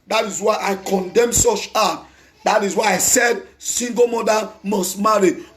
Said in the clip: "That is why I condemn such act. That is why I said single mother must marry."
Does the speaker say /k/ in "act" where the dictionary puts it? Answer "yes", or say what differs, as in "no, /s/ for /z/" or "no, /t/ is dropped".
no, /k/ is dropped